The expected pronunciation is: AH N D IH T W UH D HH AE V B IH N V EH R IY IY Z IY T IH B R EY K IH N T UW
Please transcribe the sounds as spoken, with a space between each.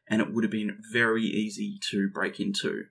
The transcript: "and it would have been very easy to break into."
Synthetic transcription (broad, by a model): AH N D IH T W UH D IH V B IH N V EH R IY IY Z IY T IH B R EY K IH N T UW